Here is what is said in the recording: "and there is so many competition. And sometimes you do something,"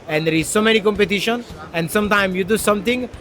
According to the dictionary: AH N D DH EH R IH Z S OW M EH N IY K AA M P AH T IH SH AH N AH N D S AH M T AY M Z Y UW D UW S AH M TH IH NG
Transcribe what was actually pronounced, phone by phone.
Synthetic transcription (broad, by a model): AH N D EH R IH Z S OW M EH N IY K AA M P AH T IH SH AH N AH N D S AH M T AY M Y UW D UW S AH M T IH NG